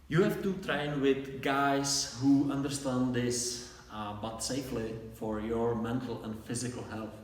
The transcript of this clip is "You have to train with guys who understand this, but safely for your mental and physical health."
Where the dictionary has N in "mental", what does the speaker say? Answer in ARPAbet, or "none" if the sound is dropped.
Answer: N